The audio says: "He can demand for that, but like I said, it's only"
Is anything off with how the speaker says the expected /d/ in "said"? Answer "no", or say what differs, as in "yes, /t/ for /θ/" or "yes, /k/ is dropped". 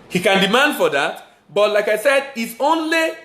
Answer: no